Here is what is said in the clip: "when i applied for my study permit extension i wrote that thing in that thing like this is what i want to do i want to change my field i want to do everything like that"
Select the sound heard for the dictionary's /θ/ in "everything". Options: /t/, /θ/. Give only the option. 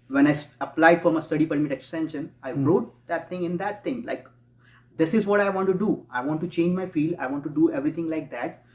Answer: /t/